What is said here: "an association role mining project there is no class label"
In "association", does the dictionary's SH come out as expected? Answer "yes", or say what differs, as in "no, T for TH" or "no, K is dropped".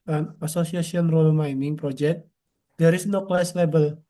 no, S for SH